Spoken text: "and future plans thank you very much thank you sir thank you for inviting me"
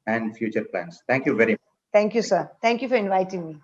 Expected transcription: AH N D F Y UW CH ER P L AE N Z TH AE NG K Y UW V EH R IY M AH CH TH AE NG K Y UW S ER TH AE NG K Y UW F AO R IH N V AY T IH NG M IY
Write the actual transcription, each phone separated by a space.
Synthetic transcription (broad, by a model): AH N D F Y UW CH ER P L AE N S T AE NG K Y UW V EH R IY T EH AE NG K Y UW S ER T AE NG K Y UW F AO R IH N V AY T IH NG M IY